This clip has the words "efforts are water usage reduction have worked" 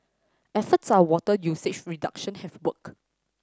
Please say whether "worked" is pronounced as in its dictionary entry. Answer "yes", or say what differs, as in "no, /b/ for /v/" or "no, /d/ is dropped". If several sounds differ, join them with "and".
no, /t/ is dropped